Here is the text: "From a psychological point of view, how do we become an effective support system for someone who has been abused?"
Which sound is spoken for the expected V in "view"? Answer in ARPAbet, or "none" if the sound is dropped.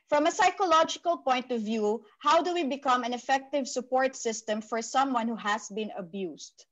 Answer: V